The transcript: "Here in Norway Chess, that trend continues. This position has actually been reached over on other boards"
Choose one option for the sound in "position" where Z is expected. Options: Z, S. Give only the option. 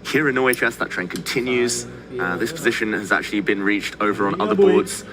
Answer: Z